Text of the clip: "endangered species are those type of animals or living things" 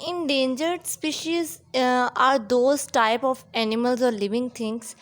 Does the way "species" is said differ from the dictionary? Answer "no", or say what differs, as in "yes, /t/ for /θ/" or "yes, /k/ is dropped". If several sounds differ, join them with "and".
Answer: no